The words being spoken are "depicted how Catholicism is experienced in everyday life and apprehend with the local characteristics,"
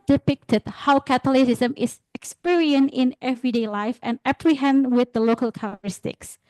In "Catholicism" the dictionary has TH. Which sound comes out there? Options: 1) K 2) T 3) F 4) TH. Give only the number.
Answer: 2